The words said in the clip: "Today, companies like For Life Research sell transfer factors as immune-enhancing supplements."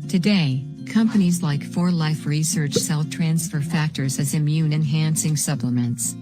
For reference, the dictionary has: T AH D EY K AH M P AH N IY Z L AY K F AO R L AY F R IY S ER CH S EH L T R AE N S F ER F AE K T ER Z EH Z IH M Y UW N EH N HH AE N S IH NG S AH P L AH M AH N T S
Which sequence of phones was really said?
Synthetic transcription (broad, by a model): T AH D EY K AH M P AH N IY Z L AY K F AO R L AY F R IY S ER CH S EH L T R AE N S F ER F AE K T ER Z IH Z IH M Y UW N EH N HH AE N S IH NG S AH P L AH M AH N T S